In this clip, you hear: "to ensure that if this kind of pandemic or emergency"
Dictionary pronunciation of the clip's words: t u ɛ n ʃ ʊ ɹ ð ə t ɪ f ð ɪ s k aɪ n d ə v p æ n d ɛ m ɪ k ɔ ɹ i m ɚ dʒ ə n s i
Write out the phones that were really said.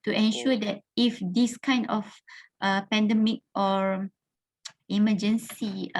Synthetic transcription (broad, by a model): t u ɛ n ʃ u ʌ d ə t ɪ f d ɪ s k aɪ n d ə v p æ n d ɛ m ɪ k ɔ ɹ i m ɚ dʒ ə n s i